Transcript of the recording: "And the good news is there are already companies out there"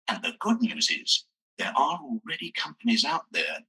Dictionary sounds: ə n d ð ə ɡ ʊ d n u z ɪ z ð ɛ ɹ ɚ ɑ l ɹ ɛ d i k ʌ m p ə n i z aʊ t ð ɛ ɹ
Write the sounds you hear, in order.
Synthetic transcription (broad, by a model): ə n ð ə ɡ ʊ d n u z ɪ z ð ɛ ɹ ɚ ɑ l ɹ ɛ d i k ʌ m p ə n i z aʊ t ð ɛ ɹ